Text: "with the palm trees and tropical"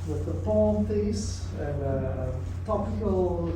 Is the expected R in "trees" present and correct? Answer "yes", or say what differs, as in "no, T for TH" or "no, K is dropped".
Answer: no, R is dropped